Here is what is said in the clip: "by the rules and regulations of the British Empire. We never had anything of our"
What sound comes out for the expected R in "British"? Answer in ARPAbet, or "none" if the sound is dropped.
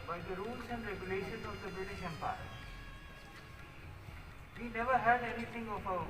none